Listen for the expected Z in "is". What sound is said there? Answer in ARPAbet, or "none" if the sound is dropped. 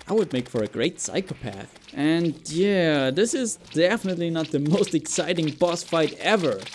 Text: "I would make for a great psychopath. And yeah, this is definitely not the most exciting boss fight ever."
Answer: Z